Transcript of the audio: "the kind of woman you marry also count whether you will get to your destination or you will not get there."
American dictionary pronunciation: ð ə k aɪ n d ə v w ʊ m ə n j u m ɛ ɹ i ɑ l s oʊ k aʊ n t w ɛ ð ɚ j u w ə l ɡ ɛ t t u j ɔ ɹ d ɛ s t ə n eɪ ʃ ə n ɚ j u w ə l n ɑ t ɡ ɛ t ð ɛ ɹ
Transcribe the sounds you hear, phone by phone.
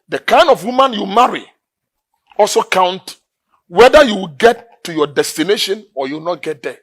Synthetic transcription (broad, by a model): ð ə k aɪ n d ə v w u m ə n j u m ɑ ɹ i ɑ l s oʊ k aʊ n t w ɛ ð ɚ j u w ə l ɡ ɛ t t u j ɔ d ɛ s t ə n eɪ ʃ ə n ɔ j u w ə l n ɑ t ɡ ɛ t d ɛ